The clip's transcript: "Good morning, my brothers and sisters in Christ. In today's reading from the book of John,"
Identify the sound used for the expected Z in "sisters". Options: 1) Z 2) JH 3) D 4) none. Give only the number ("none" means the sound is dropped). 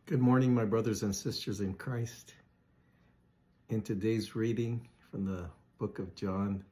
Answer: 1